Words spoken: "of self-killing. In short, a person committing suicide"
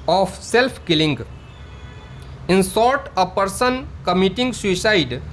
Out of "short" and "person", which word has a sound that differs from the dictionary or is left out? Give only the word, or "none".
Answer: short